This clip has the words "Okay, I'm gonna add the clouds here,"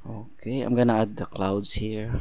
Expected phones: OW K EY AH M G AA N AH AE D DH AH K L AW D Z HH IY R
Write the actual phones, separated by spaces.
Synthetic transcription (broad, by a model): OW K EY AH M G AA N AH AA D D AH K L AW D S HH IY R